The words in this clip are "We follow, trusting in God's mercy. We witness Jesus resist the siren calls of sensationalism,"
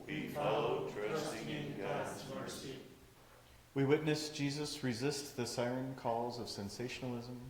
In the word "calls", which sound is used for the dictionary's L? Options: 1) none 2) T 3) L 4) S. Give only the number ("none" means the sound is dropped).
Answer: 3